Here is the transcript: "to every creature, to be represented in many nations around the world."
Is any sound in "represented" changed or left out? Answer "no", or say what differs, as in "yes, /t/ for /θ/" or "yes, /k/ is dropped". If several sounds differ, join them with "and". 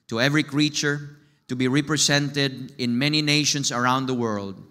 yes, /s/ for /z/